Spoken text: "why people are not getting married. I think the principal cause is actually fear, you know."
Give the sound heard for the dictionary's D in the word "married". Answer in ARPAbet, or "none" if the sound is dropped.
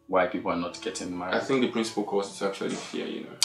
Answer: none